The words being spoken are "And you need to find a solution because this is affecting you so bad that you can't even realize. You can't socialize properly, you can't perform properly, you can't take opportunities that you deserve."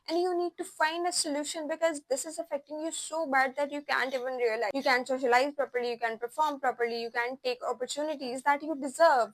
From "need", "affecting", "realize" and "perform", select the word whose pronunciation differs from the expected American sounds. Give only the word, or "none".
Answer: realize